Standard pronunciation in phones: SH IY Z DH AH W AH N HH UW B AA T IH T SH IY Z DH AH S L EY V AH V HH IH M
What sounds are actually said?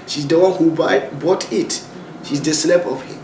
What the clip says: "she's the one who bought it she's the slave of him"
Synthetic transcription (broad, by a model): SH IY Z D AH W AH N HH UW B AA T IH T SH IY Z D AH S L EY P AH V HH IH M